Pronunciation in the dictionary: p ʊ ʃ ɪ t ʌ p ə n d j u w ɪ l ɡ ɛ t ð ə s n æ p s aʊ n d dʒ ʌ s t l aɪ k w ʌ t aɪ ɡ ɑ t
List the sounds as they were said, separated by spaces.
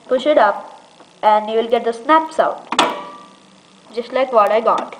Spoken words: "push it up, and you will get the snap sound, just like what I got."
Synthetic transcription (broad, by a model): p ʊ ʃ ɪ t ʌ p ə n d j u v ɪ l ɡ ɛ t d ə s n æ p s aʊ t dʒ ʌ s t l aɪ k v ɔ t aɪ ɡ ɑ t